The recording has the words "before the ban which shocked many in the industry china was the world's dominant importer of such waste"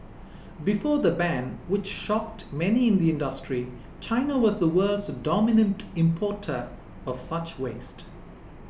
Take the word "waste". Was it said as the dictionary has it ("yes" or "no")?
yes